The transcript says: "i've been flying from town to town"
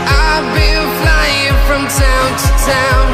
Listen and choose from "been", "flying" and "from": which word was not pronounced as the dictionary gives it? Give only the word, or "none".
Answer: been